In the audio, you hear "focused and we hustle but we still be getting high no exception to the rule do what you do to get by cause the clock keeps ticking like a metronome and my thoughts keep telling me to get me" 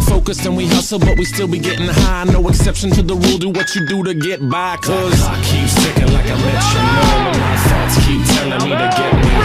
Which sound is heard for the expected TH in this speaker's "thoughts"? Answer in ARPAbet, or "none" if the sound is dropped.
T